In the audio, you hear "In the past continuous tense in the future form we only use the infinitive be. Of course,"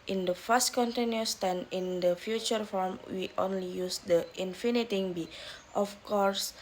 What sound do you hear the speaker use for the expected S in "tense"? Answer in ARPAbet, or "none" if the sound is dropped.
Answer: none